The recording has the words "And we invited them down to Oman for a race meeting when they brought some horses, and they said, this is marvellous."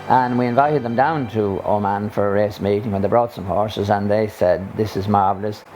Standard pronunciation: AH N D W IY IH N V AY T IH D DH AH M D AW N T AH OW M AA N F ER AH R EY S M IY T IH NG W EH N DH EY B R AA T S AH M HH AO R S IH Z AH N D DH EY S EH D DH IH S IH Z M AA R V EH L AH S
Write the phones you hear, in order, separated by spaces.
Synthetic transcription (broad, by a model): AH N W IY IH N V AY T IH D DH AH M D AW N T AH OW M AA N F ER AH R EY S M IY T IH NG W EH N DH EY B R AA T S AH M HH AO R S IH Z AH N DH EY S EH D DH IH S IH Z M AA R V L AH S